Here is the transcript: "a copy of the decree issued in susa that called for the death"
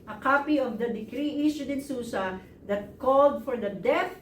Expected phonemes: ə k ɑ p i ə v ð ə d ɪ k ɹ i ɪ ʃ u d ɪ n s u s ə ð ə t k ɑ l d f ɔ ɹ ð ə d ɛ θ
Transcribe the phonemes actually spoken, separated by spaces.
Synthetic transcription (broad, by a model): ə k ɑ p i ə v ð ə d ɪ k ɹ i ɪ s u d ɪ n s u s ə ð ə t k ɑ l d f ɔ ɹ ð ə d ɛ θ